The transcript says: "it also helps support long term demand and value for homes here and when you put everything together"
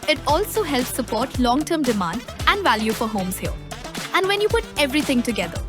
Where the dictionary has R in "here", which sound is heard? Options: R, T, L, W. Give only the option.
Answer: L